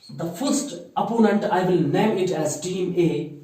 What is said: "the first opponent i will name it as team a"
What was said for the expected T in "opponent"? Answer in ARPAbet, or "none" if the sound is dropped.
T